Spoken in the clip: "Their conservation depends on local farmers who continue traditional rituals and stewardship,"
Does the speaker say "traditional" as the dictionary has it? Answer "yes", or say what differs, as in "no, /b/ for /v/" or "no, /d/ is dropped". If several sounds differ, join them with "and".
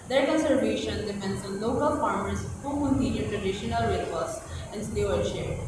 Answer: no, /ɹ/ is dropped